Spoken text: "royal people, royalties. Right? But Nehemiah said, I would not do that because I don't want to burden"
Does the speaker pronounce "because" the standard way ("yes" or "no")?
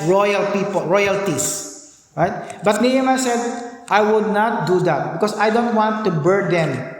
no